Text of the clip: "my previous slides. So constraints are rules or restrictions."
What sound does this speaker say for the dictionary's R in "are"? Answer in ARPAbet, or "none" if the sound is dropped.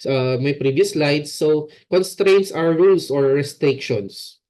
W